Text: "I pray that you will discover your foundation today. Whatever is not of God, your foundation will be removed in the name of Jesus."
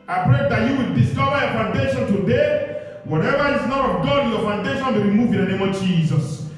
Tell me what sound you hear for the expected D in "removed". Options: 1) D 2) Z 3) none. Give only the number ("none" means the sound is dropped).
3